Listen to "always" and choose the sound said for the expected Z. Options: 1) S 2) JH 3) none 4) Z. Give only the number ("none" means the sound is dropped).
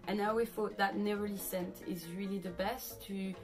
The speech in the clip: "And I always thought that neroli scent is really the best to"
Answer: 3